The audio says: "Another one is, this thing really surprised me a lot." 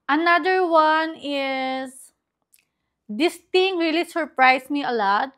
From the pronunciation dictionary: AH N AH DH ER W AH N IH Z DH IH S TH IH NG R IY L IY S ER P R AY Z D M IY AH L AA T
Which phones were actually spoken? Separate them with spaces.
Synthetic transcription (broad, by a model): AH N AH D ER W AH N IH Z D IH S T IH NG R IY L IY S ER P R AY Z M IY AH L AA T